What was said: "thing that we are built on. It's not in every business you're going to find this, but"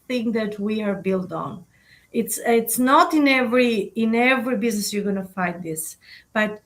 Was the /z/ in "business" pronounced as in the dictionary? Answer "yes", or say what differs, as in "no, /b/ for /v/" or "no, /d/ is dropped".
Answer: yes